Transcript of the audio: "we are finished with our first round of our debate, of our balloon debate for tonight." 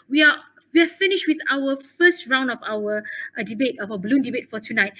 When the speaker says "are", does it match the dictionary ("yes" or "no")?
no